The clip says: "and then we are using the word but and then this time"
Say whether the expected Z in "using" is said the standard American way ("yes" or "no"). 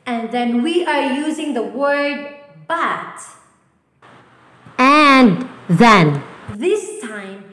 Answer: yes